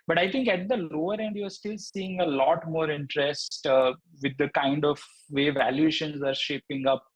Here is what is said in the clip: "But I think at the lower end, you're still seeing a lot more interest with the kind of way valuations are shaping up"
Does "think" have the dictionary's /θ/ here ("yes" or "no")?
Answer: no